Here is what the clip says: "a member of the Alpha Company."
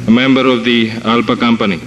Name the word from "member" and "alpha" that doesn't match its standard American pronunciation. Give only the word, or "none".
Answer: alpha